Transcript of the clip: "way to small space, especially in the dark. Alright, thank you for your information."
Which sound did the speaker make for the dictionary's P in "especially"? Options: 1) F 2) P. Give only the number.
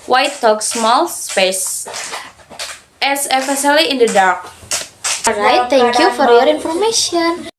1